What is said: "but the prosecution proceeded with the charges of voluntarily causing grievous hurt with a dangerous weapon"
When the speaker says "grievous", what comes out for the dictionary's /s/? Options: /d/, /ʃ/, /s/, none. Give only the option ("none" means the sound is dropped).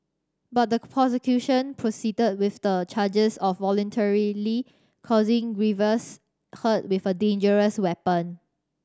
/s/